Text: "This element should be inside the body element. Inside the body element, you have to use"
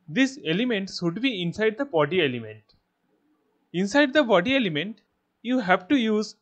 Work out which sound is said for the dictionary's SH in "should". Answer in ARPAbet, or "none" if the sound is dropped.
S